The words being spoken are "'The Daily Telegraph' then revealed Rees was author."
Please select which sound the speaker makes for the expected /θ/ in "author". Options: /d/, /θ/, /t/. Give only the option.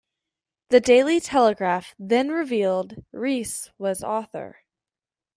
/θ/